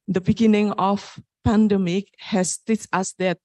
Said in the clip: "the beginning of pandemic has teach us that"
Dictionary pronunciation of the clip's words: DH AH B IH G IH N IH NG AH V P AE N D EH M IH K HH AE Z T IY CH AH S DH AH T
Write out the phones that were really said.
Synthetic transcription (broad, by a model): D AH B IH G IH N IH NG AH F P AE N D EH M IH K HH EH S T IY S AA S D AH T